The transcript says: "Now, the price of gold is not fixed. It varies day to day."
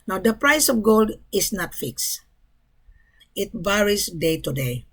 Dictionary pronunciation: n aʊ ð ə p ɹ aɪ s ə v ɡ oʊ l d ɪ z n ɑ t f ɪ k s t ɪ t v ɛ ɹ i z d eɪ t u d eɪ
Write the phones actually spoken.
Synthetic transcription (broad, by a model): n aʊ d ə p ɹ aɪ s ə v ɡ oʊ l d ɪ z n ɑ t f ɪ k s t ɪ t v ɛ ɹ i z d eɪ t u d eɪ